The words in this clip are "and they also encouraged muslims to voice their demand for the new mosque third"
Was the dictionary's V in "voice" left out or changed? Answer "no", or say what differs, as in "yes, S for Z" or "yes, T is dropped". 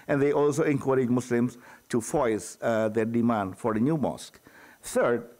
yes, F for V